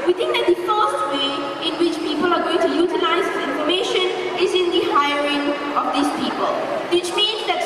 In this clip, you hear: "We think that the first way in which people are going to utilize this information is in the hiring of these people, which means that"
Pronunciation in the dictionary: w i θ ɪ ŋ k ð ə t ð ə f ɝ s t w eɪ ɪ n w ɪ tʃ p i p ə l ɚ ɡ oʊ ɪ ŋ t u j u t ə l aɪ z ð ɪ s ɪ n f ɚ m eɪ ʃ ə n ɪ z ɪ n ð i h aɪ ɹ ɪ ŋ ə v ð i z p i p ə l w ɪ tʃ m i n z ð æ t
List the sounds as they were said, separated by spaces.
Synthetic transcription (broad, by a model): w i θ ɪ ŋ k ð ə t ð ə f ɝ s t w eɪ ɪ n w ɪ tʃ p i p ə l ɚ ɡ oʊ ɪ ŋ t u j u t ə l aɪ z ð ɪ ɪ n f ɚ m eɪ ʃ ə n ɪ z ɪ n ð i h aɪ ɹ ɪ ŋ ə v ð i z p i p ə l w ɪ tʃ m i n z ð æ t